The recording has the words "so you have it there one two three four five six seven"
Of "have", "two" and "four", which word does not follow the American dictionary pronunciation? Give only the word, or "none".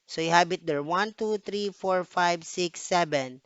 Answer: have